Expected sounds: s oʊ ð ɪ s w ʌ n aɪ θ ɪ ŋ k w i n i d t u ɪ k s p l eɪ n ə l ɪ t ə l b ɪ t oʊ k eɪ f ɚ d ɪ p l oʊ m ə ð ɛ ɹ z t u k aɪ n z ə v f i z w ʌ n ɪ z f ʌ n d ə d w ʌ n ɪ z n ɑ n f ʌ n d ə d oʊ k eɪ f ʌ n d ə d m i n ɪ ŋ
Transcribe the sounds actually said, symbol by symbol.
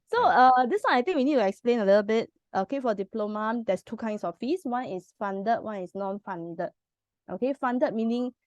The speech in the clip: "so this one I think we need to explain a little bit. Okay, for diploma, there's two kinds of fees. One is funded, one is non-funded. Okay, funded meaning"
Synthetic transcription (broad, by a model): s oʊ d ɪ s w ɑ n aɪ t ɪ ŋ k w i n i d t u ɪ k s p l eɪ n ə l ɪ t ə l b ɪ t oʊ k eɪ f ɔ d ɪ p l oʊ m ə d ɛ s t u k aɪ n s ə f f i s w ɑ n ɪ s f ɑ n d ə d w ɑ n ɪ s n ɑ n f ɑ n d ə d oʊ k eɪ f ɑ n d ə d m i n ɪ ŋ